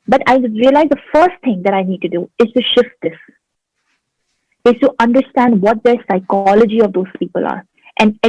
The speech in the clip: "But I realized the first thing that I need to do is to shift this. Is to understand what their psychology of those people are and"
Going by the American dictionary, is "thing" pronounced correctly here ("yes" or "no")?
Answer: no